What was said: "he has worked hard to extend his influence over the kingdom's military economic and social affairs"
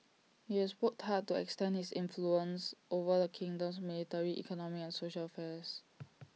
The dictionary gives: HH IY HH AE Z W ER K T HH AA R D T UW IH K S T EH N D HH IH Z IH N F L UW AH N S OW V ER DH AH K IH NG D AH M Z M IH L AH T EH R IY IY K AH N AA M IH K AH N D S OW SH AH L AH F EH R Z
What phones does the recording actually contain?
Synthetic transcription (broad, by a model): HH IY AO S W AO T HH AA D T UW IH K S T EH N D HH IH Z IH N F L UW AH N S OW V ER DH AH K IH NG D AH M S M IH L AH T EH R IY IY K AH N AA M IH K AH N S OW SH AH L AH F EH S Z